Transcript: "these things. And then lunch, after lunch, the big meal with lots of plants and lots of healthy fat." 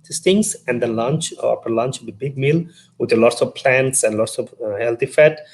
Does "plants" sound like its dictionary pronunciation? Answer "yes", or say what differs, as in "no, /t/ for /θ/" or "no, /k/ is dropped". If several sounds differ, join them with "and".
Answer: yes